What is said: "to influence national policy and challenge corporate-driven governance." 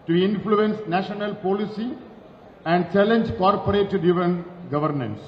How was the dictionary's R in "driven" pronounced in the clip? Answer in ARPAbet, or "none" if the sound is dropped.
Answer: none